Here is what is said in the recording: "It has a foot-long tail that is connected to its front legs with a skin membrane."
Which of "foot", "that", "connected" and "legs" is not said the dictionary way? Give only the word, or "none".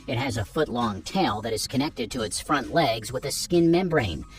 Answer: none